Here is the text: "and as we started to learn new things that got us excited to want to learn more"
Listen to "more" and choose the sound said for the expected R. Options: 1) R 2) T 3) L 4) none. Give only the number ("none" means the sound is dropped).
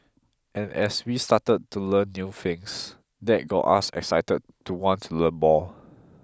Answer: 3